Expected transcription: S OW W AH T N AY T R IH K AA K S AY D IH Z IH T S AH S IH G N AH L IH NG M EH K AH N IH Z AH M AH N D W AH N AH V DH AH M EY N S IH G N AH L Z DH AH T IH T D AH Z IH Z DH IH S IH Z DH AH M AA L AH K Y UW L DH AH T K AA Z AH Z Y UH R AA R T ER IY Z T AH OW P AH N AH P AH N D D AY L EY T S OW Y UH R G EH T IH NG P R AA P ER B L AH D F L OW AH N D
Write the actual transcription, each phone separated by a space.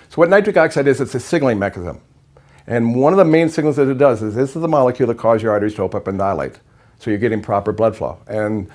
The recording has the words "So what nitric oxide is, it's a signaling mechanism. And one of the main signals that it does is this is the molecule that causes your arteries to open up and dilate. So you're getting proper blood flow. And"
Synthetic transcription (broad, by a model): S OW W AH T N AY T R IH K AA K S AY D IH Z IH T S AH S IH G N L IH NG M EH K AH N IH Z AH M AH N W AH N AH V DH AH M EY N S IH G N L Z DH AH T IH T D AH Z IH Z DH IH S IH Z DH AH M AA L AH K Y UW L DH AH T K AA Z Z Y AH R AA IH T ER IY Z T AH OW AH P AH P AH N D D AY L EY T S OW Y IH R G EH T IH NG P R AA P ER B L AH D F L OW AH N